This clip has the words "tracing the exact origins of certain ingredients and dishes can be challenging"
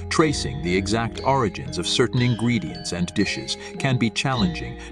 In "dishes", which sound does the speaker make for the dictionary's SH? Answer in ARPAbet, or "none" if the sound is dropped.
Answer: SH